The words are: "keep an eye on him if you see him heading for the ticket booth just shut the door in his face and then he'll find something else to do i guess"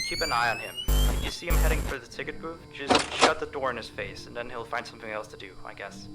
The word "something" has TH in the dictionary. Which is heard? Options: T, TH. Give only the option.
TH